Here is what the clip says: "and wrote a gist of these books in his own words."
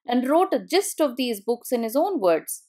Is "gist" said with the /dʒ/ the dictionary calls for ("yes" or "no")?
yes